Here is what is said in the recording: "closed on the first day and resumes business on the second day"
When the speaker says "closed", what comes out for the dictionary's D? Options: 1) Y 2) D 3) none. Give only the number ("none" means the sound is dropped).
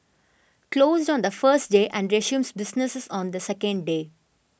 2